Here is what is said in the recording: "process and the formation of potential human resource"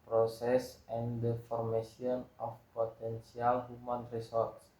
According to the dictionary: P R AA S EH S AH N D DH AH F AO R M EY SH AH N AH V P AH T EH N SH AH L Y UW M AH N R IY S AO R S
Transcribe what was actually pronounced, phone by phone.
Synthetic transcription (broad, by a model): P R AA S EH S AH N D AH F AO R M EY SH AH N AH F P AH T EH N S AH L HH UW M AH N R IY S AO R S